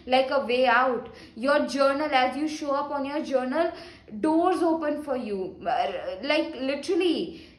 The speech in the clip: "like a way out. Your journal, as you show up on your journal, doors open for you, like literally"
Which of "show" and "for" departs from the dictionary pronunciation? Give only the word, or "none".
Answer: none